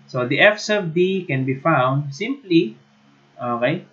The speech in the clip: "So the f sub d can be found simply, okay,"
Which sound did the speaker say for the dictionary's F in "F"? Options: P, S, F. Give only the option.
F